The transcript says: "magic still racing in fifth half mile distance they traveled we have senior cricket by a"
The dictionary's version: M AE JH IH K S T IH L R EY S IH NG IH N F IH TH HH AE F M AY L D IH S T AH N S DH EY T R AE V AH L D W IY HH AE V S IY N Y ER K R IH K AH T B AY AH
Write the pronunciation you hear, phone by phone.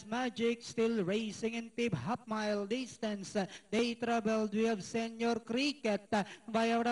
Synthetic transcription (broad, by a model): M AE JH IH K S T IH L R EY S IH NG IH N P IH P HH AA P M AY L D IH S T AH N S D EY T R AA B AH L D W IY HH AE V S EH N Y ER K R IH K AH T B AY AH